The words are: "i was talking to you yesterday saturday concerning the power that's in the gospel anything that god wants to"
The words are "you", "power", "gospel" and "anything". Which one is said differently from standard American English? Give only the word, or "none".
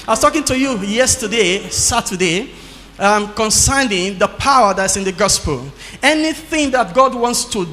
none